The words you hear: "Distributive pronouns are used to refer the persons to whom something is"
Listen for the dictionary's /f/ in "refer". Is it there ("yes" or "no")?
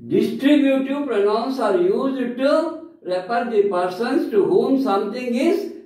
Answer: no